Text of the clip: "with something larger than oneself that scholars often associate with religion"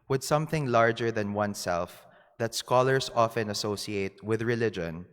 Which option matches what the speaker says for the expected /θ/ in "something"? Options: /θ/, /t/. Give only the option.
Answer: /θ/